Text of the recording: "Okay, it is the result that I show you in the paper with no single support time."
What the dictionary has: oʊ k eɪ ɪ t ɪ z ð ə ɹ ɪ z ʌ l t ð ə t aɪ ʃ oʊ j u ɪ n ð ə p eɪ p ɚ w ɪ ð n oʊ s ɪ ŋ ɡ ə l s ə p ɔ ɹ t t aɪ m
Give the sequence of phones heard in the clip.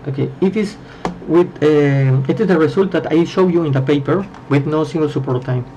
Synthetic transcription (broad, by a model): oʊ k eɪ ɪ t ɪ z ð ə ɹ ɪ s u l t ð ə t aɪ ʃ oʊ j u ɪ n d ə p eɪ p ɚ w ɪ ð n oʊ s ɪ ŋ ɡ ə l s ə p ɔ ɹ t t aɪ m